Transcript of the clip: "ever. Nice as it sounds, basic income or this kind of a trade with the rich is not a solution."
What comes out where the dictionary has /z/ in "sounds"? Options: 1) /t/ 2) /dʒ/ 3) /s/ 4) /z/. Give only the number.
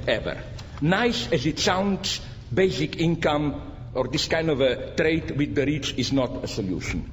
3